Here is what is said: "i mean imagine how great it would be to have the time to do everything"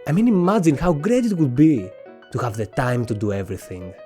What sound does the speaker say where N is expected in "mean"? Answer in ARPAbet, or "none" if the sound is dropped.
N